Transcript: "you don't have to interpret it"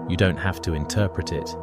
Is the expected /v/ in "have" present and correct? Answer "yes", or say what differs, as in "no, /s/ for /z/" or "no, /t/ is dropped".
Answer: no, /f/ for /v/